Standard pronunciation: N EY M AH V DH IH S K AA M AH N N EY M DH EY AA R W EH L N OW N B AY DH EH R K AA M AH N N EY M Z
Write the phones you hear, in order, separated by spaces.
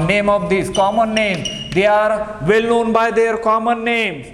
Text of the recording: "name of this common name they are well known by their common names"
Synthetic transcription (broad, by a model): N EY M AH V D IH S K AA M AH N N EY M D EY AA R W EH L N OW N B AY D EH R K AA M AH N N EY M